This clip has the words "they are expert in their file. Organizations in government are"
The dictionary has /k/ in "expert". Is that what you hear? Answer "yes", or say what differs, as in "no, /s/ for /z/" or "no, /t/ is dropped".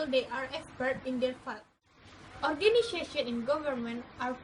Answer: yes